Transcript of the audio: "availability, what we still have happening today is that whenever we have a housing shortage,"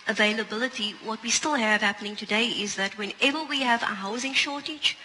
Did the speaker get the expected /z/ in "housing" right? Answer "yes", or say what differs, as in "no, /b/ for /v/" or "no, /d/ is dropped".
yes